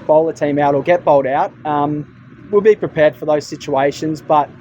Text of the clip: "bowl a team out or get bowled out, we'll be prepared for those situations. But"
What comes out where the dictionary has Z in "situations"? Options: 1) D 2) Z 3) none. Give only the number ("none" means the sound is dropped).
2